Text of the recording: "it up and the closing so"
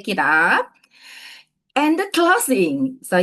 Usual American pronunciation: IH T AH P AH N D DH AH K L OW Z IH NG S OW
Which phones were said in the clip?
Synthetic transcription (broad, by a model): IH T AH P AH N D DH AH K L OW S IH NG S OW